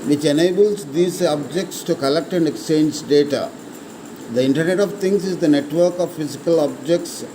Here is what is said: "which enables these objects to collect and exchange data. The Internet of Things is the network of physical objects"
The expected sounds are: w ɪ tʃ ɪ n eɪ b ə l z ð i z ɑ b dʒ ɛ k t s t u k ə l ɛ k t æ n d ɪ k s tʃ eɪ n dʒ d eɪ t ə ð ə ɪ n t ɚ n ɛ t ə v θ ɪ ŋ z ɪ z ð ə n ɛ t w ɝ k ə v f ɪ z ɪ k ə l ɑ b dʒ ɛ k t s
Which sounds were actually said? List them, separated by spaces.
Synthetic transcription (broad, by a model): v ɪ tʃ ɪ n eɪ b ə l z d i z ɑ b dʒ ɛ k t s t u k ə l ɛ k t æ n d ɪ k s tʃ eɪ n dʒ d eɪ t ə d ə ɪ n t ɚ n ɛ t ə v t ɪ ŋ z ɪ z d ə n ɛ t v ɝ k ə v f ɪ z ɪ k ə l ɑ b dʒ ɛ k t s